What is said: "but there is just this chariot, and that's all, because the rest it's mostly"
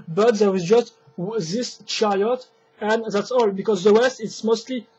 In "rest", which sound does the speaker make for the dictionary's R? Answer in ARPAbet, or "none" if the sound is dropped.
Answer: W